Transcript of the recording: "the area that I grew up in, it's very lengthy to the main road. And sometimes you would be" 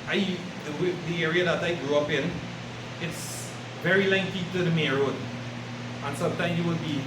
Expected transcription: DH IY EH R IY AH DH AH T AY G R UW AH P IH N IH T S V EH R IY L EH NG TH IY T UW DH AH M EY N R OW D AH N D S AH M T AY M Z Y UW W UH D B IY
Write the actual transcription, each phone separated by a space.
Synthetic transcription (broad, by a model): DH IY EH R IY AH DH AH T AY G R UW AH P IH N IH T S V EH R IY L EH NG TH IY T UW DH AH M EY R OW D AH N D S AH M T AY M Y UW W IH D B IY